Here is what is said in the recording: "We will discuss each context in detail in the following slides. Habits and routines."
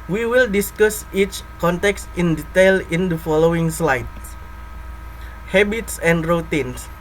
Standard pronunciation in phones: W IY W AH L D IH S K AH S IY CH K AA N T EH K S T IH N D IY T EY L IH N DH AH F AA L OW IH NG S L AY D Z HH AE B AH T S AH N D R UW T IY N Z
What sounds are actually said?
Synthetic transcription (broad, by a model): W IY W AH L D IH S K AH S IY CH K AA N T EH K S T IH N D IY T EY L IH N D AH F AA L OW IH NG S L AY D HH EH B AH T S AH N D R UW T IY N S